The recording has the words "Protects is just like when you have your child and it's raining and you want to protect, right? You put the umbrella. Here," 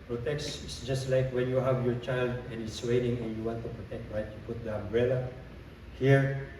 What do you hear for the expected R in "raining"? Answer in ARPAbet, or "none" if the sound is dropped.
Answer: W